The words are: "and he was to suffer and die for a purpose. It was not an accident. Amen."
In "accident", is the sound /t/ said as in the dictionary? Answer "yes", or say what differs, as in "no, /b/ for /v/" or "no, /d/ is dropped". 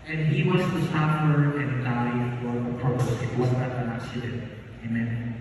no, /t/ is dropped